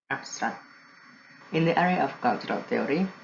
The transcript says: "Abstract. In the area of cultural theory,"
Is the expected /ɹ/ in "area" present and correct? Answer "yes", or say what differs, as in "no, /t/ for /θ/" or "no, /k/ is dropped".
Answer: yes